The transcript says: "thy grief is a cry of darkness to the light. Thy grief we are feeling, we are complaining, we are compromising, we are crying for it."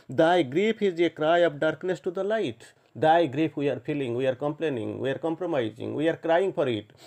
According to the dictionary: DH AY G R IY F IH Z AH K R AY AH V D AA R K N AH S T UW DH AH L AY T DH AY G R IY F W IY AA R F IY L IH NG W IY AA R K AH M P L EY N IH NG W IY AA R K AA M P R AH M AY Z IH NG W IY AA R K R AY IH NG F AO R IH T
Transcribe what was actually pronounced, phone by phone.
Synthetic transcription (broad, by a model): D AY G R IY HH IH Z AH K R AY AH P D AA R K N AH S T UW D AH L AY T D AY G R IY P W IY AA R P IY L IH NG W IY AA R K AH M P L EY N IH NG W IY AA R K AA M P R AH M AY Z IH NG W IY AA R K R AY IH NG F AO R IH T